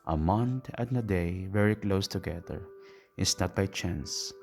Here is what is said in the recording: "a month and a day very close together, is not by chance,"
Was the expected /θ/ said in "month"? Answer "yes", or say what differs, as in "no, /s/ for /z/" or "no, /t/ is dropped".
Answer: no, /t/ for /θ/